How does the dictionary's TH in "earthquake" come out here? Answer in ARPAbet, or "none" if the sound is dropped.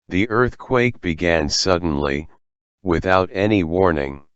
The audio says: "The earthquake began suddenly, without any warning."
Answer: TH